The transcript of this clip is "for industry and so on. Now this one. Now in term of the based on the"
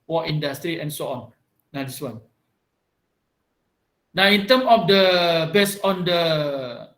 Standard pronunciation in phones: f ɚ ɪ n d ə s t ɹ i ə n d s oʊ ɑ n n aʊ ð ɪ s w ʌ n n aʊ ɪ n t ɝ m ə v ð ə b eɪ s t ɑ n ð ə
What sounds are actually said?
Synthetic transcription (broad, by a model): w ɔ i n d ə s t ɹ i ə n s oʊ ɑ n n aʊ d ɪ s w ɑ n n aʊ ɪ n t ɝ m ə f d ə b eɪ s ɑ n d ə